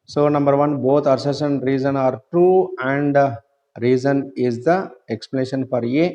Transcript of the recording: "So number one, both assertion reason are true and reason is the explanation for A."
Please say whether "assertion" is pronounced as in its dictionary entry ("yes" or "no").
no